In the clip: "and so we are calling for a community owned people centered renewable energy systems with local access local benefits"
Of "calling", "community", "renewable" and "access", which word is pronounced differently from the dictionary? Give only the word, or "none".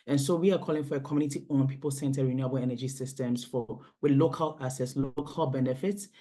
access